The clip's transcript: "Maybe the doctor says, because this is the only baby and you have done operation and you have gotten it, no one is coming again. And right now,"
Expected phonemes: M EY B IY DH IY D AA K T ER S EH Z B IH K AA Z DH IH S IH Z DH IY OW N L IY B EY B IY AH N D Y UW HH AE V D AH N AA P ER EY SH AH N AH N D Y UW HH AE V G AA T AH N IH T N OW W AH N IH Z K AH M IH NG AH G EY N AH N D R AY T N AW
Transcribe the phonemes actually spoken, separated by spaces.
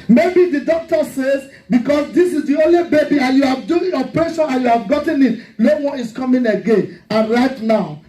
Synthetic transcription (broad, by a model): M EY B IY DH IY D AA K T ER S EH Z B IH K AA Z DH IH S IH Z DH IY OW N L IY B EY B IY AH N Y UW HH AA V D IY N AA P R EY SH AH N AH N Y UW HH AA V G AA T AH N IH T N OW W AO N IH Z K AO M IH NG AH G EY N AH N R AY T N AW